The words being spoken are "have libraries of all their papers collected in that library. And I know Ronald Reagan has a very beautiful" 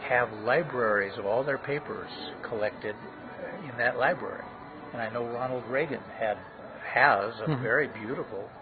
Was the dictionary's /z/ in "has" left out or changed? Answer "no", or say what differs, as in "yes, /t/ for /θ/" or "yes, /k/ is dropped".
no